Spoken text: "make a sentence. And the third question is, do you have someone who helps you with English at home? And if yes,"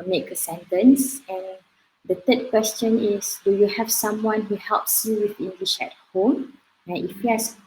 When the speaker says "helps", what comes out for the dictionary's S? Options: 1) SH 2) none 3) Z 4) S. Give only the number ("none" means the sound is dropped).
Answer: 4